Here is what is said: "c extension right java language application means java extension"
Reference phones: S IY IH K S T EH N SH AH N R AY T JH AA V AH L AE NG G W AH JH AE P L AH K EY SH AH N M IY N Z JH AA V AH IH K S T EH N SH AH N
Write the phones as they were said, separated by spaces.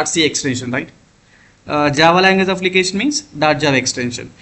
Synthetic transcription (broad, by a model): S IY IH K S T EH N SH AH N R AY T JH AA V AH L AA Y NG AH Z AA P L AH K EY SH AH N M IY N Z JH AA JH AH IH K S T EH N SH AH N